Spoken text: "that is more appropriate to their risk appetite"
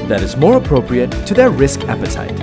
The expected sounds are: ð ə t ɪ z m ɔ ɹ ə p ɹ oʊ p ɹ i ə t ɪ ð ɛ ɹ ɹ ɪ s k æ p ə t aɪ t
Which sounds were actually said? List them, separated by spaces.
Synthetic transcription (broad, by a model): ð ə t ɪ z m ɔ ɹ ə p ɹ oʊ p ɹ i ə t ɪ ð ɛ ɹ ɹ ɪ s k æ p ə t aɪ t